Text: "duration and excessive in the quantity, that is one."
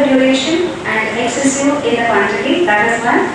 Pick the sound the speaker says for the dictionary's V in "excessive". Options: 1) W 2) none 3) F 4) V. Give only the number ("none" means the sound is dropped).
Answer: 2